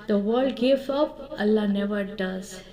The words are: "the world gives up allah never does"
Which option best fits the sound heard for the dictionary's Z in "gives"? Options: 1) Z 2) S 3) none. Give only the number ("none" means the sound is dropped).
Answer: 3